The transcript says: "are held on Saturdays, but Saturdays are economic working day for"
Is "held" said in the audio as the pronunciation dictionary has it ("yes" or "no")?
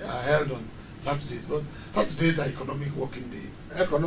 yes